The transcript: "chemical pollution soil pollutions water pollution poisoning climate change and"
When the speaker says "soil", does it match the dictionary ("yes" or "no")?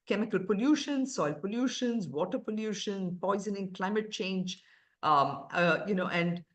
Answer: yes